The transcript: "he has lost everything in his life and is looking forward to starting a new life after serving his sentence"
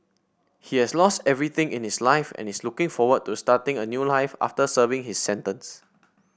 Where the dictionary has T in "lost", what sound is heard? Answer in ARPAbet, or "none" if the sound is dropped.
T